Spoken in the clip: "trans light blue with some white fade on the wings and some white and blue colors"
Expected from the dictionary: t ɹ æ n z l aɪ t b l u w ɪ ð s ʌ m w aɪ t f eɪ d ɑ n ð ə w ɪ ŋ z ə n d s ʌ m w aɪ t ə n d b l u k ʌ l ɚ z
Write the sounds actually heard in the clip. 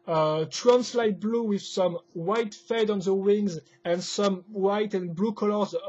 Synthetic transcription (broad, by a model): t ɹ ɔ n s l aɪ t b l u w ɪ ð s ʌ m w aɪ t f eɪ d ɑ n ð ə w ɪ ŋ z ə n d s ʌ m w aɪ t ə n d b l u k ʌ l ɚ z